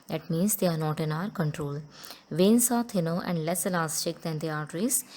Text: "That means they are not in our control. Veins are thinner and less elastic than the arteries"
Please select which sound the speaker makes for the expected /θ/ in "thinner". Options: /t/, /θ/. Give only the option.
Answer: /t/